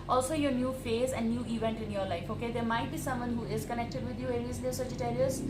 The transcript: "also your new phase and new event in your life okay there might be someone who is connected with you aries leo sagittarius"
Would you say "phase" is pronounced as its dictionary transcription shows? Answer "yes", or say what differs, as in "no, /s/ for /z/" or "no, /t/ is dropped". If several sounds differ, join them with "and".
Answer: yes